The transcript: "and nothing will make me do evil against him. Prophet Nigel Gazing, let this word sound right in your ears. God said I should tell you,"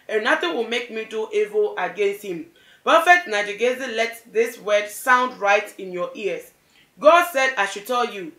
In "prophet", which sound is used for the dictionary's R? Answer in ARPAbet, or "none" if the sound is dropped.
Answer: none